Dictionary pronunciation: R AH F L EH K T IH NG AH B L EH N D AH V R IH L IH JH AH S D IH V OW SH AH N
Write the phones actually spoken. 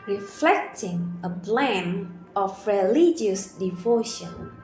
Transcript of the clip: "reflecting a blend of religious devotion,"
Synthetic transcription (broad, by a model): R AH F L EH K T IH NG AH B L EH N AH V R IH L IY JH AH S D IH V OW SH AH N